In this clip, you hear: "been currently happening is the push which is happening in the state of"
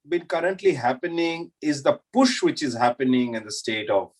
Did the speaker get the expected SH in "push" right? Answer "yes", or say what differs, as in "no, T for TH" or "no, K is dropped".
yes